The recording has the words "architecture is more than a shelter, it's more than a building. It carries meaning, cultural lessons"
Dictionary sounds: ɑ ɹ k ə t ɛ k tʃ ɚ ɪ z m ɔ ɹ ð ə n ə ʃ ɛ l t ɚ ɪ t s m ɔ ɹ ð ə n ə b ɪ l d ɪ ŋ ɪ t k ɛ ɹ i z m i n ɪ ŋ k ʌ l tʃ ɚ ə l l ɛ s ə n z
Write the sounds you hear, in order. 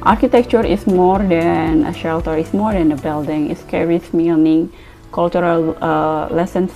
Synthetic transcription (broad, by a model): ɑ ɹ k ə t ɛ k tʃ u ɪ s m ɔ ɹ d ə n ə ʃ ɛ l t ɚ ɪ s m ɔ ɹ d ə n ə b ɪ l d ɪ ŋ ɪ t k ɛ ɹ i s m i n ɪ ŋ k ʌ l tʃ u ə l l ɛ s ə n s